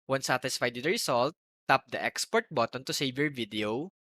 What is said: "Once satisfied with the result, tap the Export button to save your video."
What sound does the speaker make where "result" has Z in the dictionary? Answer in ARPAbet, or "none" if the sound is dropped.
S